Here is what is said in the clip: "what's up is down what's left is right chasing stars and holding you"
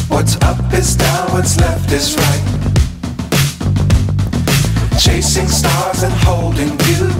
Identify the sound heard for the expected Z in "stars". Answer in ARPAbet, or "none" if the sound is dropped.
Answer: Z